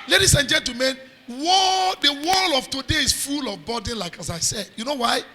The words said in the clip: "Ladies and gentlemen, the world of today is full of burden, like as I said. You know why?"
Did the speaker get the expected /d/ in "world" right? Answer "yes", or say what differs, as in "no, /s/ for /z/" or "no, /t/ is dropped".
no, /d/ is dropped